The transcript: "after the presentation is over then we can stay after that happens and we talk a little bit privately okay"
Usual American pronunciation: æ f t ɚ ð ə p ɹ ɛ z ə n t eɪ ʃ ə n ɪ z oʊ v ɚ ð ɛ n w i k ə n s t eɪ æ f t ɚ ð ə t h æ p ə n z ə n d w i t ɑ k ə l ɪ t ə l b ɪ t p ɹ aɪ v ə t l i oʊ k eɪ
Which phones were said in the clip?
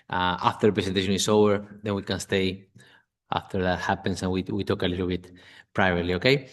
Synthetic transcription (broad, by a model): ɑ f t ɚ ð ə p ɹ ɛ s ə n t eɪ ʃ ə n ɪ s oʊ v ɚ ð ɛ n w i k ə n s t eɪ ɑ f t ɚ ð ə t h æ p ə n s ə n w w i t ɑ k ə l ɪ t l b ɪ t p ɹ aɪ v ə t l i oʊ k eɪ